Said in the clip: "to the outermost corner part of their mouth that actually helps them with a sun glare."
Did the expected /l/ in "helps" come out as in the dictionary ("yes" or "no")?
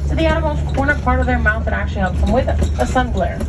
no